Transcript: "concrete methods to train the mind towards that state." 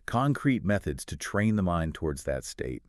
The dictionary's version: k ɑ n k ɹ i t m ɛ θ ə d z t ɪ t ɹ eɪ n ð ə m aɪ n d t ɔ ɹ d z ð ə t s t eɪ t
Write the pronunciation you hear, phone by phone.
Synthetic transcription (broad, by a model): k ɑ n k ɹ i t m ɛ θ ə d z t ɪ t ɹ eɪ n ð ə m aɪ n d t ɔ ɹ d z ð ə t s t eɪ t